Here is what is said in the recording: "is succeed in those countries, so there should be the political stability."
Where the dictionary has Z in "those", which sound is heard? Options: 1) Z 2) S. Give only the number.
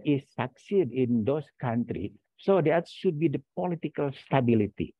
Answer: 2